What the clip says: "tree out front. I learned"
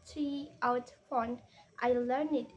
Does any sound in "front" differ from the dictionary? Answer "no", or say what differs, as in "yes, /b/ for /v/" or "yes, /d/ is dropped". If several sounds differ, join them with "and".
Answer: yes, /ɹ/ is dropped